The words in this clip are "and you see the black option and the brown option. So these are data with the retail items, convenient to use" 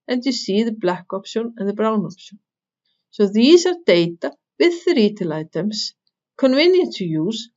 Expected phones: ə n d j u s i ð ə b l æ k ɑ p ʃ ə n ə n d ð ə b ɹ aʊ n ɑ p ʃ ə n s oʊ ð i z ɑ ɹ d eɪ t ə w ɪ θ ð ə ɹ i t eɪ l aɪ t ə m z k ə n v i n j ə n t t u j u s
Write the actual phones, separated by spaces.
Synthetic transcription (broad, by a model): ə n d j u s i ð ə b l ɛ k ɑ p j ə n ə n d ð ə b ɹ aʊ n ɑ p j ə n s oʊ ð i s ɑ ɹ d eɪ t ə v ɪ ð ə ɹ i t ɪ l aɪ t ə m s k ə n v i n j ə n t t u j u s